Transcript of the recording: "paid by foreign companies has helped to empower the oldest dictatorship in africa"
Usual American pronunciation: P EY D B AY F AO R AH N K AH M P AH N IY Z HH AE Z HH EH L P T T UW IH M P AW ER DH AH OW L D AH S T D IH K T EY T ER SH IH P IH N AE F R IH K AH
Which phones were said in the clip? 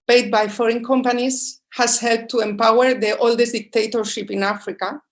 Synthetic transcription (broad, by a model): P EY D B AY F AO R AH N K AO M P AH N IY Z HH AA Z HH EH L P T T UW IH M P AW ER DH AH OW L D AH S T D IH K T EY T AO SH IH P IH N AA F R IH K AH